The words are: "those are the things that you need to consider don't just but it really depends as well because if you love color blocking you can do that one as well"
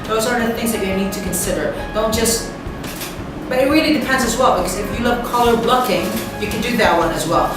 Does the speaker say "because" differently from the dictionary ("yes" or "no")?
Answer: no